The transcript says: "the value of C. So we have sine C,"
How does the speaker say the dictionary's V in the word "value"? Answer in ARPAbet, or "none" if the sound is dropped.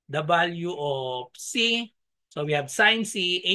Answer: B